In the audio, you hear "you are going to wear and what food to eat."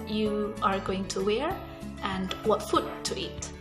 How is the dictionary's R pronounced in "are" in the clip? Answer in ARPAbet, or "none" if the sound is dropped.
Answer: R